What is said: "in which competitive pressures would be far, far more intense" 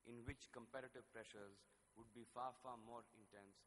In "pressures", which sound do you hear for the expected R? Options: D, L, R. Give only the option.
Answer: R